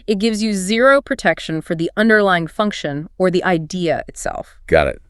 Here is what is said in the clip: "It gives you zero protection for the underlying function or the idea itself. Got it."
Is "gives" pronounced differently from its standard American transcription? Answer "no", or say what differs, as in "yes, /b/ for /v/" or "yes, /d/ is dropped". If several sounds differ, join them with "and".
no